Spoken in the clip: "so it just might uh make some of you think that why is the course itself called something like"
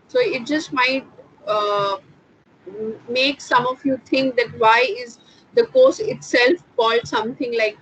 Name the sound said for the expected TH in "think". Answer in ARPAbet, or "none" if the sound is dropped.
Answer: T